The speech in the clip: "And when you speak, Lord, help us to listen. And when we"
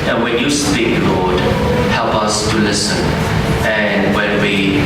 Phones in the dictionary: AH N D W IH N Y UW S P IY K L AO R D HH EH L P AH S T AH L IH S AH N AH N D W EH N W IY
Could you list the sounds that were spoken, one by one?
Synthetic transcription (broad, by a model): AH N W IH N Y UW S P IY K L AO R D HH EH L P AH S T AH L IH S AH N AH N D W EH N W IY